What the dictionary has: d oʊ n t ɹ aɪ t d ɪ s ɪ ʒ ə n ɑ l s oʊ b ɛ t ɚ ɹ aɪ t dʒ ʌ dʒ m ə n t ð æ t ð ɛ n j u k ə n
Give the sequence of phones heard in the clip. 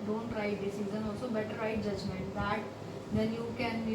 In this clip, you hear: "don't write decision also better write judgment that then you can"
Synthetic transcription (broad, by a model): d oʊ n t ɹ aɪ t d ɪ s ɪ z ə n ɑ l s oʊ b ɛ t ɚ ɹ aɪ t dʒ ʌ dʒ m ə n t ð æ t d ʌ n j u k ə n